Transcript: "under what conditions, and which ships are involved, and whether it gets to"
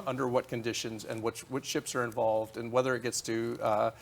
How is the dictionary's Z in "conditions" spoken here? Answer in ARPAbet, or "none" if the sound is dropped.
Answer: Z